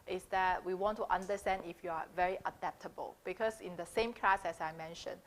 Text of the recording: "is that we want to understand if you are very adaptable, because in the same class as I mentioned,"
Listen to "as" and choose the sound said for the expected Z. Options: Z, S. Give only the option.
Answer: S